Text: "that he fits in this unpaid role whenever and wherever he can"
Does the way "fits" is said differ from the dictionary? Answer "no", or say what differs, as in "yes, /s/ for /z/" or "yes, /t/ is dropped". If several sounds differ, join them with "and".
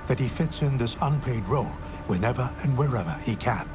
no